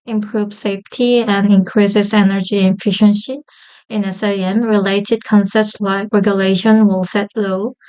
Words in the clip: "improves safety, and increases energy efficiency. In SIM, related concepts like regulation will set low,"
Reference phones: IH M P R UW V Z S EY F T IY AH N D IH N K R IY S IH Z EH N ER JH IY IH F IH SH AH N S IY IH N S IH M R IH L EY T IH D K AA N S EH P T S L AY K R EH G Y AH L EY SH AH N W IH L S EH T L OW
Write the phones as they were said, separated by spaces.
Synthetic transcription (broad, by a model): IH M P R UW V S EY F T IY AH N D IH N K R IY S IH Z EH N ER JH IY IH F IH SH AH N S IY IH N S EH M R IH L EY T IH D K AA N S EH P T S L AY K R EH G Y AH L EY SH AH N W IH L S EH T L OW